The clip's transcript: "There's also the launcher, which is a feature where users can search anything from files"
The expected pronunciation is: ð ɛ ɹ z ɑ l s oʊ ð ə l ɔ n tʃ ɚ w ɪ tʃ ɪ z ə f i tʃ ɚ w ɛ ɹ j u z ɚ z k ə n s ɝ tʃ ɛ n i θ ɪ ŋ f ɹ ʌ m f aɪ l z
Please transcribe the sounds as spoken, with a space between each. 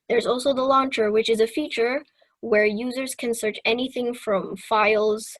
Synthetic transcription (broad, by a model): ð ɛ ɹ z ɑ l s oʊ ð ə l ɔ n tʃ ɚ w ɪ tʃ ɪ z ə f i tʃ ɚ w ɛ ɹ j u z ɚ z k ə n s ɝ tʃ ɛ n i θ ɪ ŋ f ɹ ʌ m f aɪ l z